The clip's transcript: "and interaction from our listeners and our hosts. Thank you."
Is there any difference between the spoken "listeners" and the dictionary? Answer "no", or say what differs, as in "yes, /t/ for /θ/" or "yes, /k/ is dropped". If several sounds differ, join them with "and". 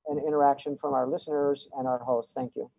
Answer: no